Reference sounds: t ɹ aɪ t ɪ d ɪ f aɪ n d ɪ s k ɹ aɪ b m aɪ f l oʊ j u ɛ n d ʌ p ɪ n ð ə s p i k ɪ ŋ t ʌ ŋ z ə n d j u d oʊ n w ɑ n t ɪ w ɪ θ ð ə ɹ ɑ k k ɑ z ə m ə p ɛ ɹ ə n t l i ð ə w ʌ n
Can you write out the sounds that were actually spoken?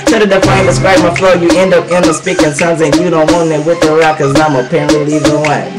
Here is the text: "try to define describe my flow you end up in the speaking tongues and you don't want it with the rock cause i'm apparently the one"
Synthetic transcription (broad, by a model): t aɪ t ɪ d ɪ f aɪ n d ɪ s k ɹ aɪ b m aɪ f l oʊ j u ɛ n d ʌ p ɪ n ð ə s p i k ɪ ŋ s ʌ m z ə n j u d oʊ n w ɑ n ɪ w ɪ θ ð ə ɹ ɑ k k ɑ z ə m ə p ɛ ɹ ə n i l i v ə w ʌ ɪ